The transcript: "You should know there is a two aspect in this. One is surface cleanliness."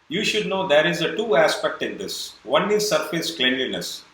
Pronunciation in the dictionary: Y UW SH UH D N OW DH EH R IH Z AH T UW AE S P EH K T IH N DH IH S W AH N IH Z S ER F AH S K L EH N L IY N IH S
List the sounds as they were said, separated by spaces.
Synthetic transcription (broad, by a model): Y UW SH UH D N OW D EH R IH Z AH T UW AE S P EH K T IH N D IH S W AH N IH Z S ER F AH S K L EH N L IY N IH S